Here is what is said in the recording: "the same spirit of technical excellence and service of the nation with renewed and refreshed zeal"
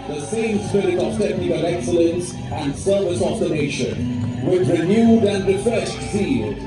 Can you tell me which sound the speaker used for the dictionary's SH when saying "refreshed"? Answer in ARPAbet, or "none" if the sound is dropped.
S